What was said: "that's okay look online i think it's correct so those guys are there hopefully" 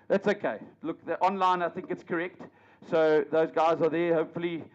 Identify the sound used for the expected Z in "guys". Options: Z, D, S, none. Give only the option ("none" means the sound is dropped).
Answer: Z